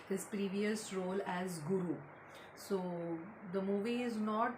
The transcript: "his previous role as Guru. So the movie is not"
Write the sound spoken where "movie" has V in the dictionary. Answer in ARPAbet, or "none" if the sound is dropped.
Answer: V